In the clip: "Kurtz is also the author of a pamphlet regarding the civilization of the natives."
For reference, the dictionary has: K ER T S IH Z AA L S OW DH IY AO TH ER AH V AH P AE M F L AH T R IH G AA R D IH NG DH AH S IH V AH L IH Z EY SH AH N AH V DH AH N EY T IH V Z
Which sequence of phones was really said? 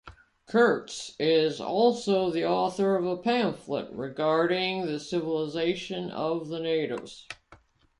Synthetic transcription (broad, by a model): K ER T S IH Z AA L S OW DH IY AO TH ER AH V AH P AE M F L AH T R IH G AA R D IH NG DH AH S IH V AH L IH Z EY SH AH N AH V DH AH N EY T IH V Z